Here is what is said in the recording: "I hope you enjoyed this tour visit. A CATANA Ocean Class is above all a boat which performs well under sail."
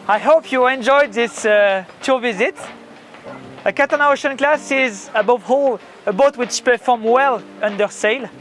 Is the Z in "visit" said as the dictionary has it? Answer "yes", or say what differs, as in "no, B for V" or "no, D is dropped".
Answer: yes